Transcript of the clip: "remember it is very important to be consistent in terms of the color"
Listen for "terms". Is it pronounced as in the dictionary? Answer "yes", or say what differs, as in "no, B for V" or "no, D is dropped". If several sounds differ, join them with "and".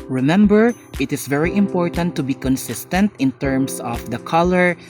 no, S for Z